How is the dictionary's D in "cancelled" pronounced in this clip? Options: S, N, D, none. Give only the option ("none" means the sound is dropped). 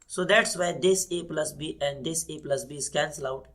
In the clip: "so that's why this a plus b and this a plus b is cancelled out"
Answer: none